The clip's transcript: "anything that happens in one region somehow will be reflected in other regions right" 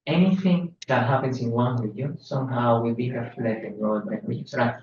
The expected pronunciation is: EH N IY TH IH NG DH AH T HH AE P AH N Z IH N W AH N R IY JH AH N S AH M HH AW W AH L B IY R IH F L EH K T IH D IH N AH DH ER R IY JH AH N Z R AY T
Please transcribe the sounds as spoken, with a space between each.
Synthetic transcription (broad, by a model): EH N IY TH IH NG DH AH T HH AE P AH N S IH N W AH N W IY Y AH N S AH M HH AW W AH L B IY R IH F L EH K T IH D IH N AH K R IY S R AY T